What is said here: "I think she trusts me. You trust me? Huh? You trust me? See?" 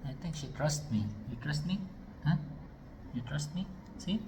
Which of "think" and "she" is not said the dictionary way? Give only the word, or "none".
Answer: think